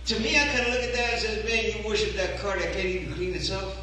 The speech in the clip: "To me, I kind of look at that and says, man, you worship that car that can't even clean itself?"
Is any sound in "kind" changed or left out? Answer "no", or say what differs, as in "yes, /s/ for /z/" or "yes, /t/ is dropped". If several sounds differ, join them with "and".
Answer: yes, /d/ is dropped